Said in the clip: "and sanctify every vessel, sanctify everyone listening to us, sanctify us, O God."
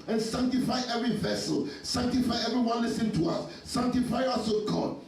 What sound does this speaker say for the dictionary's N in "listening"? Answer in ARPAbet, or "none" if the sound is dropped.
none